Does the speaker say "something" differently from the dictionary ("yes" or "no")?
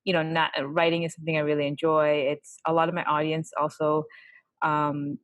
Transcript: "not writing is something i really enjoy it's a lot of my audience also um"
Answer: no